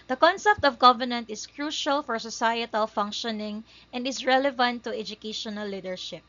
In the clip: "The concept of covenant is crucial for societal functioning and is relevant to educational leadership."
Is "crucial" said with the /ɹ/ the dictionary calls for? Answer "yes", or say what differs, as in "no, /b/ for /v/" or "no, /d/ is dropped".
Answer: yes